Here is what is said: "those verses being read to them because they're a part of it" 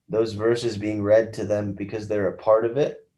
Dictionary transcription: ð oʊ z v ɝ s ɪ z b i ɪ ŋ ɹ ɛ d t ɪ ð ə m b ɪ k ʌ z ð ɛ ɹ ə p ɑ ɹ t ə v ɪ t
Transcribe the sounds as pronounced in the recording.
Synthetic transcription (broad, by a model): ð oʊ z v ɝ s ɪ z b i ɪ ŋ ɹ ɛ d t ɪ ð ə m b ɪ k ʌ z ð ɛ ɹ ə p ɑ ɹ t ə v ɪ t